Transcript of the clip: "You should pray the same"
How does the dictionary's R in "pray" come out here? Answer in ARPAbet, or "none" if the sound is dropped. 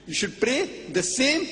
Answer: R